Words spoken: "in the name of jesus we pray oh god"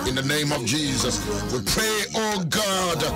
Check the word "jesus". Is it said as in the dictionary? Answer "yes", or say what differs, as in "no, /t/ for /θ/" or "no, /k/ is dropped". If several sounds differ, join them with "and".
yes